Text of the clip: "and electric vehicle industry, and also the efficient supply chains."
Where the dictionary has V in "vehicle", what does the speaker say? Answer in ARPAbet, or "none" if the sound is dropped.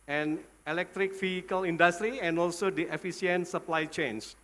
F